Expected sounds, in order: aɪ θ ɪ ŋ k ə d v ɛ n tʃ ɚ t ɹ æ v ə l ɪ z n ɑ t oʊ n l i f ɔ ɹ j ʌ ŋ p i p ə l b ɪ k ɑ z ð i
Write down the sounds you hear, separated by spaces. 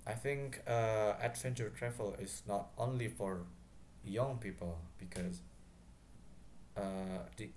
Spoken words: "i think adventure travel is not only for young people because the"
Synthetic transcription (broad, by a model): aɪ θ ɪ ŋ k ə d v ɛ n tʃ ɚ t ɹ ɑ f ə l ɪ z n ɑ t oʊ n l i f ɔ ɹ j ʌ ŋ p i p ə l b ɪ k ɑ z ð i